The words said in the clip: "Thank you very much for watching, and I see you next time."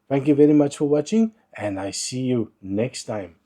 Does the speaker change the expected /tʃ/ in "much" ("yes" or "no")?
no